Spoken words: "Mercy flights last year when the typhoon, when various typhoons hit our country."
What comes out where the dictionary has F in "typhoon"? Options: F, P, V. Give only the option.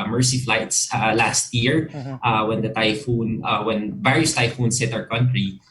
F